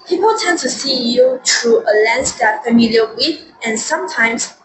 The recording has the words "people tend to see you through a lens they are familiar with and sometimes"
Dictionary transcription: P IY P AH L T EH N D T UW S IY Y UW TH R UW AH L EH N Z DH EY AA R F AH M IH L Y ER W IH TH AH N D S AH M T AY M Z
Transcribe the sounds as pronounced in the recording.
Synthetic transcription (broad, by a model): P IY P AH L T EH N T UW S IY Y UW T R UW AH L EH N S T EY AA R F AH M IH L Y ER W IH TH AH N S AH M T AY M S